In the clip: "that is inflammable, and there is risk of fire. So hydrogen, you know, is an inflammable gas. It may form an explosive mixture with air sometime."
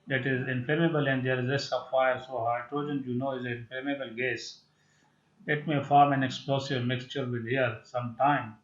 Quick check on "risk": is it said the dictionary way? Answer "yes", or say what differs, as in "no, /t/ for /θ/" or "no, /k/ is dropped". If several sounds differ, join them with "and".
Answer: no, /k/ is dropped